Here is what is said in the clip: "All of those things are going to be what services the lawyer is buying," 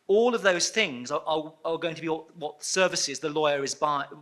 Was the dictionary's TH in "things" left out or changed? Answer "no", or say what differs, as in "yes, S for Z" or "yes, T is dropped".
no